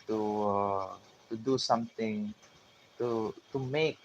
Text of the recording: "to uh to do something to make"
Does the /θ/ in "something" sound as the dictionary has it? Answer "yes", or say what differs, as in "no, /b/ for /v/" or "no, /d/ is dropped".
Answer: no, /t/ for /θ/